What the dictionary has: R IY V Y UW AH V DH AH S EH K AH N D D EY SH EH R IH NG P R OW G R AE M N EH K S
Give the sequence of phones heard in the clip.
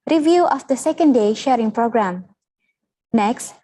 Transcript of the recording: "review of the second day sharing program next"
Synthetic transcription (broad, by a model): R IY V Y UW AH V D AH S EH K AH N D D EY SH EH R IH NG P R OW G R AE M N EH K S